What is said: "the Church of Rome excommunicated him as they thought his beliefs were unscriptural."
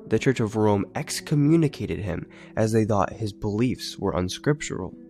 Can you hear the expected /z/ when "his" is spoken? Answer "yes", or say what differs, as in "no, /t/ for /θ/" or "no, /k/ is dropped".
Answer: yes